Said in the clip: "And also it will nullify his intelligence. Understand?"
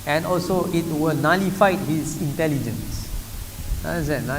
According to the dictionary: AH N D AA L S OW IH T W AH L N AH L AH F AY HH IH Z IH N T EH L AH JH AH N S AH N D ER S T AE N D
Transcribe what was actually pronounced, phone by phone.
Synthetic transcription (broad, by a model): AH N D AA L S OW IH T W AH L N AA L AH F AY HH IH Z IH N T EH L AH JH AH N S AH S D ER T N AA